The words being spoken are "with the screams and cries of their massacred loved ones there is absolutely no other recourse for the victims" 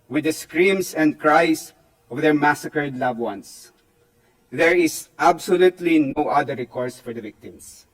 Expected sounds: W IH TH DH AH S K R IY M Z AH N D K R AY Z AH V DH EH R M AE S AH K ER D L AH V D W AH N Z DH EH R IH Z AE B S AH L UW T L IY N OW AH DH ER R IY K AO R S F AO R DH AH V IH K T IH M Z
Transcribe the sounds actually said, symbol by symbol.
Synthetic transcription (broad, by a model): W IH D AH S K R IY M S AH N D K R AY S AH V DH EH R M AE S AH K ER D L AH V W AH N S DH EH R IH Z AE B S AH L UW T L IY N OW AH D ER R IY K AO R S F AO R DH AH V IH K T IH M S